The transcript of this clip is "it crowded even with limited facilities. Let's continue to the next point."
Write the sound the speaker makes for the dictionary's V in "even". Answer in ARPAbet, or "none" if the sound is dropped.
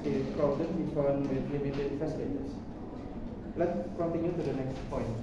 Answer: F